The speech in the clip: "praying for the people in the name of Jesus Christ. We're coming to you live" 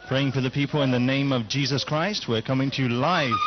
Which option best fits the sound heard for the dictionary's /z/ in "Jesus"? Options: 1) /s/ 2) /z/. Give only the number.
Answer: 2